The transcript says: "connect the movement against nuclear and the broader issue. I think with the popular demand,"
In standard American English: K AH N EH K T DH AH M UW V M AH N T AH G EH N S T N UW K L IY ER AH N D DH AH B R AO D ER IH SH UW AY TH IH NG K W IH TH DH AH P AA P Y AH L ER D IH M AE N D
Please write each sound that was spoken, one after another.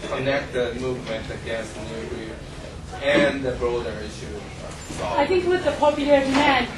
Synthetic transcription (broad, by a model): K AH N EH K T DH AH M UW V M AH N T AH G EH N S T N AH L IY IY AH N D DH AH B R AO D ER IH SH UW AY TH IH NG K W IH DH AH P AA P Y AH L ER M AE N